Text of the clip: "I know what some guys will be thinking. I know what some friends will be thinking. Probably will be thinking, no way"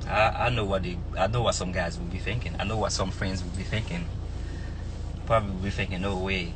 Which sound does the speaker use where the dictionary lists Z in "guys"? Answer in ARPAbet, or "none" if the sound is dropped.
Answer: Z